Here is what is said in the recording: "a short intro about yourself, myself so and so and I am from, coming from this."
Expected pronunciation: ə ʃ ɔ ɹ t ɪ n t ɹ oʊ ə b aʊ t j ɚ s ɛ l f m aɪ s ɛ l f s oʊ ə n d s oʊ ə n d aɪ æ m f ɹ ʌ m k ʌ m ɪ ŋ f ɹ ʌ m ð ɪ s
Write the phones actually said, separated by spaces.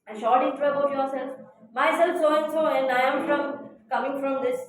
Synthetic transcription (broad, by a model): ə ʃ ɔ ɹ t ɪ t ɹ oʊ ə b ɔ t j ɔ s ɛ l f m aɪ s ɛ l f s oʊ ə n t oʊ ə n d aɪ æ m f ɹ ʌ m k ʌ m ɪ ŋ f ɹ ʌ m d ɪ s